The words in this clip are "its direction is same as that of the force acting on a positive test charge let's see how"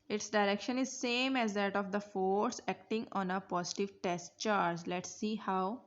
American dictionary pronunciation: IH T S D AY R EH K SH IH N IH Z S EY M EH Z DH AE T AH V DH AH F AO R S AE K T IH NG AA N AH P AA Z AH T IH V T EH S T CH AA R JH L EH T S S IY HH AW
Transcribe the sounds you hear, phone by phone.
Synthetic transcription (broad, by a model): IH T S D AY R EH K SH IH N IH Z S EY M EH Z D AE T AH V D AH F AO R S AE K T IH NG AA N AH P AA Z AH T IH V T EH S T CH AA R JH L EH T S S IY HH AW